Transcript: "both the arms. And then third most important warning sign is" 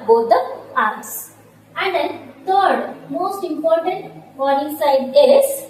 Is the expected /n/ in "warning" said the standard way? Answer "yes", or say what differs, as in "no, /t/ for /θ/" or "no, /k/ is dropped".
no, /n/ is dropped